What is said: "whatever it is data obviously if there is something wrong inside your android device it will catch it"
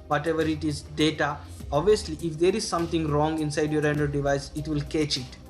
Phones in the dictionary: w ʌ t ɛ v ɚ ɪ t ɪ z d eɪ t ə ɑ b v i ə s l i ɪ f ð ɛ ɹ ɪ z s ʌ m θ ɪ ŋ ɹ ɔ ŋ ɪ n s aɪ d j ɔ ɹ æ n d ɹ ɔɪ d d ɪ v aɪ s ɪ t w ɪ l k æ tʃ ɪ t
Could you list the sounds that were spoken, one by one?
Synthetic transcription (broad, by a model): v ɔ t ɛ v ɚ ɪ t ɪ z d eɪ t ə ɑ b v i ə s l i ɪ f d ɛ ɹ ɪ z s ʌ m t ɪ ŋ ɹ ɔ ŋ ɪ n s aɪ d j ɔ ɹ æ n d ɔɪ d d ɪ v aɪ s ɪ t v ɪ l k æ tʃ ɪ t